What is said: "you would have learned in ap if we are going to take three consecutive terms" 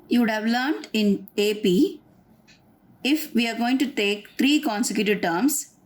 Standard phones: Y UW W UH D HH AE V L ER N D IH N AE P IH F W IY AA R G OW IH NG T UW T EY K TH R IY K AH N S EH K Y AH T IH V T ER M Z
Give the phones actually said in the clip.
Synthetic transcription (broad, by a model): Y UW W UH D HH AE V L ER N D IH N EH P IH F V IY AA R G OW IH NG T UW T EY K T R IY K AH N S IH K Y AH T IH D T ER M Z